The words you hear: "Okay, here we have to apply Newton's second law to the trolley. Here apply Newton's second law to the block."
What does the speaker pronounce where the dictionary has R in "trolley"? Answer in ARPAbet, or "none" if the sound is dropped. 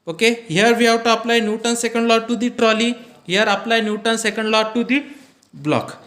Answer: R